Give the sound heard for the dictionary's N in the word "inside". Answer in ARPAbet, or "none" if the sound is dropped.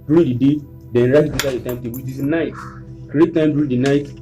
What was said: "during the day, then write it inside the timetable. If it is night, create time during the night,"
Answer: none